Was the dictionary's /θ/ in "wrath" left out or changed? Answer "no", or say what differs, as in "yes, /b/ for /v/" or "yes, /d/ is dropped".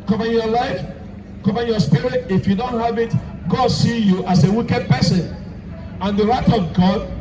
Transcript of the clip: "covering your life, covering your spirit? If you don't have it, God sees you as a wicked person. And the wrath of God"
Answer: yes, /t/ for /θ/